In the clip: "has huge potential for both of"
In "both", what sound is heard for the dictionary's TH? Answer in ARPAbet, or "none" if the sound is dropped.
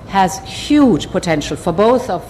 TH